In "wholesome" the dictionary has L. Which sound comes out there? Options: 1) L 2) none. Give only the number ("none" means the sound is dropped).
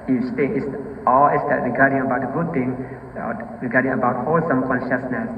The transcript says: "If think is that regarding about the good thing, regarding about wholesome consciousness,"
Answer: 1